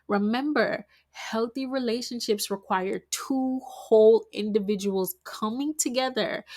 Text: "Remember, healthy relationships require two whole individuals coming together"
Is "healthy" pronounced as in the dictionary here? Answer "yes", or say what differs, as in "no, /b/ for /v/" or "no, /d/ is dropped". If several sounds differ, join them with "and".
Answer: yes